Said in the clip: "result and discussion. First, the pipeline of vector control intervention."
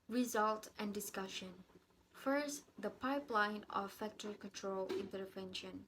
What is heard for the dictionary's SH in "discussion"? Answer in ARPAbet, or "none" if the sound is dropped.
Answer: SH